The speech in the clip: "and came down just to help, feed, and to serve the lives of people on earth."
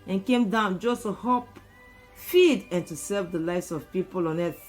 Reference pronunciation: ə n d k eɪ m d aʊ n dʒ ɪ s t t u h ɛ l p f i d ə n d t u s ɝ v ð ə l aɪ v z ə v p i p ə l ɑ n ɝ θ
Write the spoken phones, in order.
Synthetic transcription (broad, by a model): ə n k eɪ m d aʊ n dʒ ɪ s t t u h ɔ p f i d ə n t u s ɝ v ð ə l aɪ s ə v p i p ə l ɑ n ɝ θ